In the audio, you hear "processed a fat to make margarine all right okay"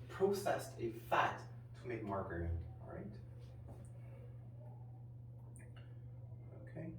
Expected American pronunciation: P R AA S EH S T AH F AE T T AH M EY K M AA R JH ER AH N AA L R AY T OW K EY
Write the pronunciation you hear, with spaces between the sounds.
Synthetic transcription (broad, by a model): P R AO S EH S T AH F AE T T AH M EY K M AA R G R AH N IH N R AY T OW K EY